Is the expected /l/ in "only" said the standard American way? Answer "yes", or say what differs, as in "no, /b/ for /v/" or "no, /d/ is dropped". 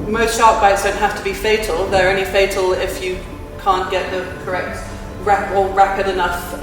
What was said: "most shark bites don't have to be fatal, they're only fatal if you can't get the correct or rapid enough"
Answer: no, /l/ is dropped